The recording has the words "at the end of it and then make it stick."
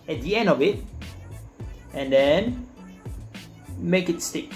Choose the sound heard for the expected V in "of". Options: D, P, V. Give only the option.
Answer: V